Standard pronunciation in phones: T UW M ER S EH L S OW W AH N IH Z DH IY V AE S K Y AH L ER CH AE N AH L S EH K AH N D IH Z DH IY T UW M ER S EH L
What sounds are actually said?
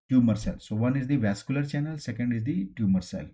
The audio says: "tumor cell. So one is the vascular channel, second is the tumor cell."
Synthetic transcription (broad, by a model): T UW M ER S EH L S OW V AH N IH Z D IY V AE S K Y AH L ER CH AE N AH L S EH K AH N D IH Z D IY T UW M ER S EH L